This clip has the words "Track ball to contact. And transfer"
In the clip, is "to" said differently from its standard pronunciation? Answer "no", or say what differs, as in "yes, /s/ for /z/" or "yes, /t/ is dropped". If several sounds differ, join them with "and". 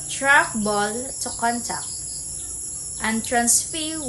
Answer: no